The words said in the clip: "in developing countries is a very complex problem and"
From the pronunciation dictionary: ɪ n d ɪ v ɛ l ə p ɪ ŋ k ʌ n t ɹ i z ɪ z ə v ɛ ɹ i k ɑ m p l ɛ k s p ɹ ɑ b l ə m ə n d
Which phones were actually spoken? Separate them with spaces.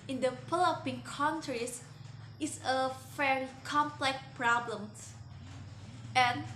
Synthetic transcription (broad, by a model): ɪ n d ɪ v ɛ l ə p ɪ ŋ k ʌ n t ɹ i s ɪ s ə f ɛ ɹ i k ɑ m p l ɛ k p ɹ ɑ b l ə m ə n